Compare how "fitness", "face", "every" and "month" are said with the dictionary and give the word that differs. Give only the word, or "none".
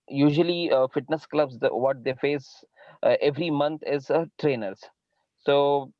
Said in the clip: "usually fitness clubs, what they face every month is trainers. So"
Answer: month